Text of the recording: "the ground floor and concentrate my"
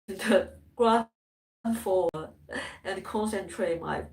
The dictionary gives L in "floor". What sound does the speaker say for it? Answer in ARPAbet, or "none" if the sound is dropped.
none